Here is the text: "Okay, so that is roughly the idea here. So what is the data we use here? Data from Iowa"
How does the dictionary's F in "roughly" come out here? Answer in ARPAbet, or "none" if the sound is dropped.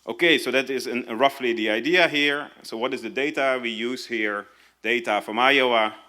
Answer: F